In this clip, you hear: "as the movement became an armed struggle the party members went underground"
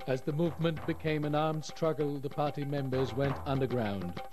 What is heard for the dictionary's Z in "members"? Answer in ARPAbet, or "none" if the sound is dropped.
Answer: Z